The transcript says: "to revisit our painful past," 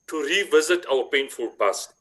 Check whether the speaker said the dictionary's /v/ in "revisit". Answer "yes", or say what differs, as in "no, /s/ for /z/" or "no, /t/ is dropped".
yes